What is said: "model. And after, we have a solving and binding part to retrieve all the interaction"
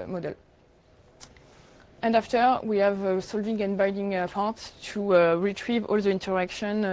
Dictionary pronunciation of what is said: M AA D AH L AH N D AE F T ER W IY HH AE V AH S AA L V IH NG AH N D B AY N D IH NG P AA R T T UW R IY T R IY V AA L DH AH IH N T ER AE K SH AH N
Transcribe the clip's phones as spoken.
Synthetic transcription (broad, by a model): M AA D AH L AH N D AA F T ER W IY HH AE V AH S AA L V IH NG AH N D B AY D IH NG P AA R T T UW R IY T R IY V AA L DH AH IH N T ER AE K SH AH N